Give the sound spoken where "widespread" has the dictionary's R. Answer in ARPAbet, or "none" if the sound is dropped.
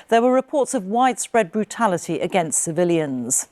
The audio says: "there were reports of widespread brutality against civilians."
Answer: R